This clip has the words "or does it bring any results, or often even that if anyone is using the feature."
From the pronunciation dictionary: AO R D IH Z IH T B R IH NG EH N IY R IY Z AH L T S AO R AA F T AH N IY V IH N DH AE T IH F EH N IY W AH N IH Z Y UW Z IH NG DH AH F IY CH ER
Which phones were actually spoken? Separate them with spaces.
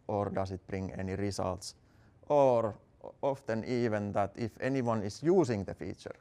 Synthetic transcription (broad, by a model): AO R D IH S IH T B R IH NG EH N IY R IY S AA L T S AO R AA F T AH N IY V IH N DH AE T IH F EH N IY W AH N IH S Y UW S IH NG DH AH F IY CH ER